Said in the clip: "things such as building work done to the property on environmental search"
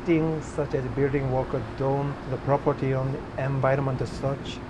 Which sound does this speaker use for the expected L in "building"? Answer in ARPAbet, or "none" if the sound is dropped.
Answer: L